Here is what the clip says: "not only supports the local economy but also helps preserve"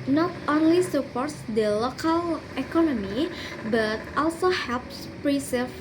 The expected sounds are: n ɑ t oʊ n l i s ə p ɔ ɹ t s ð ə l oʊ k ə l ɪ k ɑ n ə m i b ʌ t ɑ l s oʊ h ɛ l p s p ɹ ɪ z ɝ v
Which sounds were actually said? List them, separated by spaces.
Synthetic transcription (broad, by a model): n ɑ t oʊ n l i s ə p ɔ ɹ t s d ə l oʊ k ə l ɪ k ɑ n ə m i b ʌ t ɑ l s oʊ h ɛ l p s p ɹ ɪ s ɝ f